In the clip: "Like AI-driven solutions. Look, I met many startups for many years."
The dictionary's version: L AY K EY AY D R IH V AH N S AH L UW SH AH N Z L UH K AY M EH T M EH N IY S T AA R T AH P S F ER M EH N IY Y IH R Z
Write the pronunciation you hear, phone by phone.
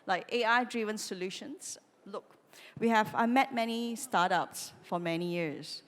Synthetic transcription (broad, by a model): L AY K EY AY D R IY V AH N S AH L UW SH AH N S L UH K AY M EH T M EH N IY S T AA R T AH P S F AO M EH N IY Y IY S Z